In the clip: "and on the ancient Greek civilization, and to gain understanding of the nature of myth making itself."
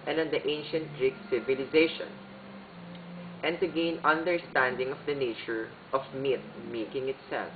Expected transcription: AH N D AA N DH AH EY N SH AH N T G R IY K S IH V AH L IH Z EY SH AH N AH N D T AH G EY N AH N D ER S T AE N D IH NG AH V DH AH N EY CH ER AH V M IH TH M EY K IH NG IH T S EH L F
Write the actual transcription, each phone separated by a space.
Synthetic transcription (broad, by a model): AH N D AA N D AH EY N SH AH N T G R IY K S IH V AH L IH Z EY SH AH N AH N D T AH G EY N AH N D ER S T AE N D IH NG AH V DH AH N EY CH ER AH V M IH T M EY K IH NG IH T S EH L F